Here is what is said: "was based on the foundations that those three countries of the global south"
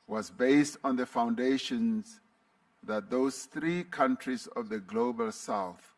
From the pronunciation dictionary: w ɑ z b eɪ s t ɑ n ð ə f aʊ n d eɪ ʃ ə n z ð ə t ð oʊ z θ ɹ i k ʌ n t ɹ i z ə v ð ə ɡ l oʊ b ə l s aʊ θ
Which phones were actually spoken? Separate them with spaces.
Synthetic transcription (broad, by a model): w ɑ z b eɪ s t ɑ n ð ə f aʊ n d eɪ ʃ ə n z ð ə t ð oʊ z θ ɹ i k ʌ n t ɹ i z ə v ð ə ɡ l oʊ b ə l s aʊ θ